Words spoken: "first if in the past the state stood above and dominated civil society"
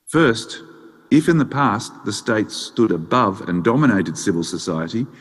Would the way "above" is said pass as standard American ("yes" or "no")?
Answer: yes